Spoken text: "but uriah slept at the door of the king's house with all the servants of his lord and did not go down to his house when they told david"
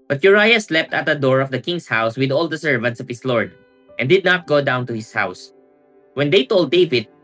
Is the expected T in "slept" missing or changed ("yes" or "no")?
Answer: no